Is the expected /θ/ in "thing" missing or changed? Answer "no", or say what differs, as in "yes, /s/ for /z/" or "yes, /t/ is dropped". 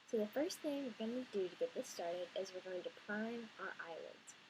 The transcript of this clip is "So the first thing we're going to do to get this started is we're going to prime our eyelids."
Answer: no